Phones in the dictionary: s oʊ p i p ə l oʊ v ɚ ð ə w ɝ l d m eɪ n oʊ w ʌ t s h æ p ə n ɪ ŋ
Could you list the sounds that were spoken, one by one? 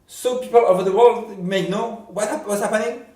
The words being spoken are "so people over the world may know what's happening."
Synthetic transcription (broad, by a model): s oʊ p i p ə l oʊ v ɚ ð ə w ɝ l d m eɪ n oʊ w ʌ t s h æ p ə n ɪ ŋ